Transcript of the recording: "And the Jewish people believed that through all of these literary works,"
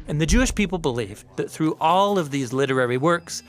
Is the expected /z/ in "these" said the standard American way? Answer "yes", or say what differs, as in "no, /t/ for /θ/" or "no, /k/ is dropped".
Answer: yes